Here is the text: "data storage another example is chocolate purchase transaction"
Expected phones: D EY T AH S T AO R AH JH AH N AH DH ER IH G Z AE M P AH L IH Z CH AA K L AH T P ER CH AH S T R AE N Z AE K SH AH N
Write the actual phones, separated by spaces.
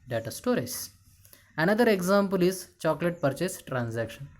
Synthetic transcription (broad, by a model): D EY T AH S T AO R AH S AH N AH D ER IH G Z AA M P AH L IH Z CH AA K L AH T P ER CH AH S T R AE N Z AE K SH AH N